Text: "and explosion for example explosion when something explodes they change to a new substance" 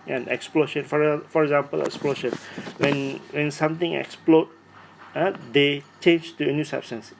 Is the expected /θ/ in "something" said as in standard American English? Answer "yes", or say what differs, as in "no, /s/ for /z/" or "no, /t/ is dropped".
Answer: no, /t/ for /θ/